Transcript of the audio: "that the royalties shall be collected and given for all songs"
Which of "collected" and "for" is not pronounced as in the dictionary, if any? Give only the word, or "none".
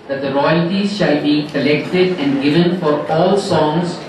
none